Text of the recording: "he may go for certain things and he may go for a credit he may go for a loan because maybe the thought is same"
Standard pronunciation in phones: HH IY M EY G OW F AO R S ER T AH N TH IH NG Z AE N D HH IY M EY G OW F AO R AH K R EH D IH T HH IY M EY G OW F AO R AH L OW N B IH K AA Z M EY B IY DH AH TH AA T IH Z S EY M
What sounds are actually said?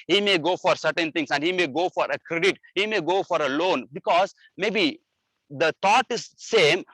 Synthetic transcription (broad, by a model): HH IY M EY G OW F AO R S ER T AH N T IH NG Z AE N D HH IY M EY G OW F AO R AH K R EH D IH T HH IY M EY G OW F AO R AH L OW N B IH K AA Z M EY B IY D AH T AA T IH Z S EY M